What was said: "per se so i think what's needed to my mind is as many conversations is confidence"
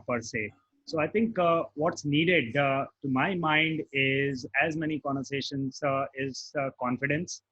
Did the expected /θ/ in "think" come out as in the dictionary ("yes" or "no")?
no